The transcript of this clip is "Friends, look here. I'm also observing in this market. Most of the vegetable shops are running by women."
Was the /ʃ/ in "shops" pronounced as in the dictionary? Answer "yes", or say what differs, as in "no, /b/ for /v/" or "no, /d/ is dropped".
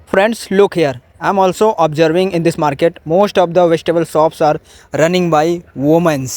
no, /s/ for /ʃ/